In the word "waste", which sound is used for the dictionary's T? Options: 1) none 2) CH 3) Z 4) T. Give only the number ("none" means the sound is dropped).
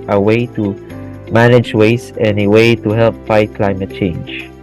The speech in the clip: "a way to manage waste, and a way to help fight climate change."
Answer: 1